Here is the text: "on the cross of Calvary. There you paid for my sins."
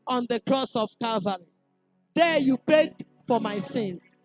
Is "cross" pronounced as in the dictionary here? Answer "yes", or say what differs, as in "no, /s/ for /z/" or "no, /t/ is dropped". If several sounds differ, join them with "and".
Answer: yes